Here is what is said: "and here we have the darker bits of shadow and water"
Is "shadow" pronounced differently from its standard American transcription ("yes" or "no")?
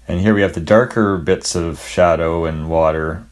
no